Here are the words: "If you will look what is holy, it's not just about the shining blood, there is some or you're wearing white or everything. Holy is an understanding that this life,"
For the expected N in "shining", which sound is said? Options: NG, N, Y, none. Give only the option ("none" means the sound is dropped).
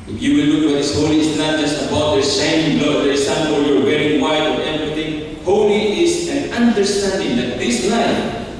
none